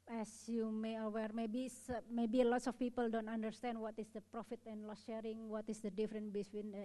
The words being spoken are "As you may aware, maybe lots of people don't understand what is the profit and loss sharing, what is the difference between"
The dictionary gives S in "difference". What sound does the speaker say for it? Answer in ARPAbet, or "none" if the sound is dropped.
none